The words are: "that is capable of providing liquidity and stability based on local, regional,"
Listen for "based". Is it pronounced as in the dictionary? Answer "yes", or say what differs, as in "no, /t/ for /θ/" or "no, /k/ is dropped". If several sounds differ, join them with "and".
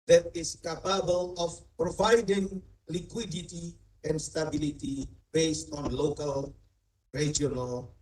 yes